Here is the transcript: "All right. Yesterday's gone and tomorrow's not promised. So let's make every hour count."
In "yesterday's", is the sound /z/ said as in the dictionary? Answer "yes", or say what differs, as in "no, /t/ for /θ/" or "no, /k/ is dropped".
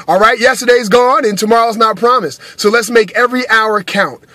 yes